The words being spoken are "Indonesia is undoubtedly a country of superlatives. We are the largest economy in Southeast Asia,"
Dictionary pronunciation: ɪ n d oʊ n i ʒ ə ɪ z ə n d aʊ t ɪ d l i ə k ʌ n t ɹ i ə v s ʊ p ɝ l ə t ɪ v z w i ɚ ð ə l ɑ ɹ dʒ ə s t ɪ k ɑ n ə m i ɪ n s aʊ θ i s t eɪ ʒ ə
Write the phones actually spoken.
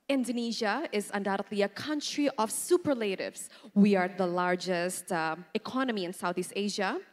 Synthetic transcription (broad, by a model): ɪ n d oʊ n i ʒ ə ɪ z ə n d aʊ t ɪ d l i ə k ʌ n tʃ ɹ i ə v s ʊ p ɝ l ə t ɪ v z w i ɚ ð ə l ɑ ɹ dʒ ə s t ɪ k ɑ n ə m i ɪ n s aʊ θ i s t eɪ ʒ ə